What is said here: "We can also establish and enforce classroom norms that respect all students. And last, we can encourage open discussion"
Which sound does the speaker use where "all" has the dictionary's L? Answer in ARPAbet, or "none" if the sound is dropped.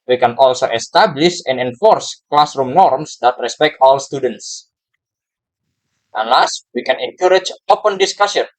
L